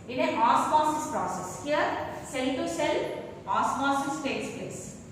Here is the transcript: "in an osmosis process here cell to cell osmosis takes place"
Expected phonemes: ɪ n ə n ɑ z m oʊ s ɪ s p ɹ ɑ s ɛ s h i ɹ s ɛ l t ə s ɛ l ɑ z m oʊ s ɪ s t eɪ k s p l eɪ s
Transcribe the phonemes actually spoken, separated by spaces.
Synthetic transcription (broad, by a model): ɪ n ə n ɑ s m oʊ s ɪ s p ɹ ɑ s ɛ s h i ɹ s ɛ l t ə s ɛ l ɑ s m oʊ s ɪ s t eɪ s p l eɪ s